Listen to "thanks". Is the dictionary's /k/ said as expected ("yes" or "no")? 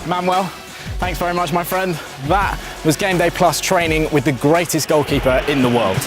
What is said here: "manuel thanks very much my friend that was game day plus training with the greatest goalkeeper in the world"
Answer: yes